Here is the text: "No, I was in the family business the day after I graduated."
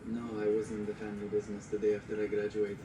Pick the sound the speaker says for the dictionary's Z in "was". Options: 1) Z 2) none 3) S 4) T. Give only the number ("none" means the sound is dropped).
1